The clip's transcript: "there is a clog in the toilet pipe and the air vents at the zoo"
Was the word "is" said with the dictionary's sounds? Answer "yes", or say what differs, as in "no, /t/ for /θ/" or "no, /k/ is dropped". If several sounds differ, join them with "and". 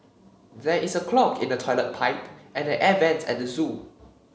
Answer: no, /s/ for /z/